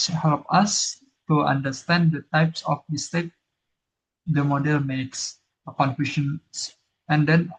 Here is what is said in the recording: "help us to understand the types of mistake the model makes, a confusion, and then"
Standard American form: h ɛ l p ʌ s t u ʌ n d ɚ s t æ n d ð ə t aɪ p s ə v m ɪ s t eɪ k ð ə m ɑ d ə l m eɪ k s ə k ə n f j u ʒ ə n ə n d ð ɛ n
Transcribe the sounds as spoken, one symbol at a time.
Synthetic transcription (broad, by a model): h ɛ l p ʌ s t u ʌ n d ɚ s t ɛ n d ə t aɪ p s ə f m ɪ s t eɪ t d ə m ɑ d ə l m eɪ k s ə k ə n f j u ʃ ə n ə n d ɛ n